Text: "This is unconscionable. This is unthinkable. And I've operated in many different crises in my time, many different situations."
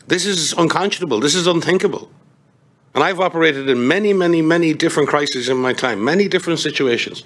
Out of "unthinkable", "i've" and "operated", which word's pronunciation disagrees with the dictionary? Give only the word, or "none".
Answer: none